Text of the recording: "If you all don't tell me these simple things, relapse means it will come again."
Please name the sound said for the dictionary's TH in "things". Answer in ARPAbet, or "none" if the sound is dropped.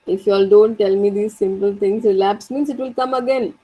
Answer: T